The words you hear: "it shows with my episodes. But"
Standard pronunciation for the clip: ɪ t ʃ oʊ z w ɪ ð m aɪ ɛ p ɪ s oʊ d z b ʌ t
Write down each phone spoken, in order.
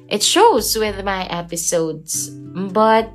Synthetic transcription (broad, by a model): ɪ t ʃ oʊ z w ɪ ð m aɪ ɛ p ɪ s oʊ d z b ʌ t